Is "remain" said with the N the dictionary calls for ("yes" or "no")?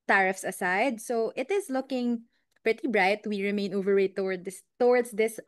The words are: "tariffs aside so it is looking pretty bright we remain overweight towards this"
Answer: yes